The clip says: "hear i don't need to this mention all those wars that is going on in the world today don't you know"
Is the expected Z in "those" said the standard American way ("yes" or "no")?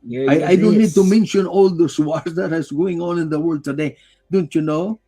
no